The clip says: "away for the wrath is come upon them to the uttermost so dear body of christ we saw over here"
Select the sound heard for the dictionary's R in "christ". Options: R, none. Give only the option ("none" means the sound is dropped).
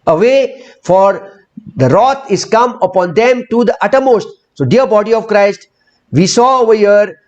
R